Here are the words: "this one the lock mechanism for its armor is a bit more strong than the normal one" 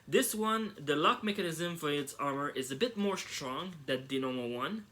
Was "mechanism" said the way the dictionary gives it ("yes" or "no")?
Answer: yes